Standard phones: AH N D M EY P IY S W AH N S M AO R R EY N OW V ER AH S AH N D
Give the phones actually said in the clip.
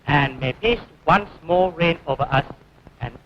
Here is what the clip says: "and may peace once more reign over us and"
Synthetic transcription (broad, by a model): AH N M EY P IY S W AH N S M AO L R EY N OW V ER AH S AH N